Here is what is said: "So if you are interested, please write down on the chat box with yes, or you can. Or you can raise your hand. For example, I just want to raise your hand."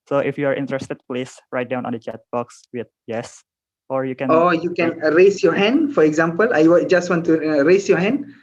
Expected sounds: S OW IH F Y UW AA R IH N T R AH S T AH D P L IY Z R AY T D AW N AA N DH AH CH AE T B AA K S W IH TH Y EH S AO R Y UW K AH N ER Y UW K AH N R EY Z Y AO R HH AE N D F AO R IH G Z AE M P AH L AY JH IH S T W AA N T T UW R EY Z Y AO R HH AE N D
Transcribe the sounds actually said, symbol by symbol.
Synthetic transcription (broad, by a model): S OW IH F Y UW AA R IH N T R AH S T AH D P L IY S R AY T D AW N AA N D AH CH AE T B AA K S W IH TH Y EH S AO R Y UW K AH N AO Y UW K AH N R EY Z Y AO HH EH N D F AO R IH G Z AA M P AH L AY JH IH S T W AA N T T UW R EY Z Y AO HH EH N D